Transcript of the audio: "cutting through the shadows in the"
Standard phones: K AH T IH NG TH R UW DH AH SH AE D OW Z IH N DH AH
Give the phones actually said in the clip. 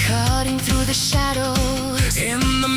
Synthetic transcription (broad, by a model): K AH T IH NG TH R UW DH AH SH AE D OW IH N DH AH